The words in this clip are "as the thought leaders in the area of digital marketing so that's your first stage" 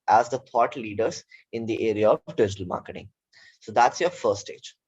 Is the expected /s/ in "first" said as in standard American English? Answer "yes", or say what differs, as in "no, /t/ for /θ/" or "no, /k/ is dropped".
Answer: no, /s/ is dropped